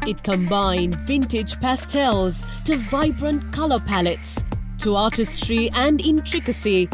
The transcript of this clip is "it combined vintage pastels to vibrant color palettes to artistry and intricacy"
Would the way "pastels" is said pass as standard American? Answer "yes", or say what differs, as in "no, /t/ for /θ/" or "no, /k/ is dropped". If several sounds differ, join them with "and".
yes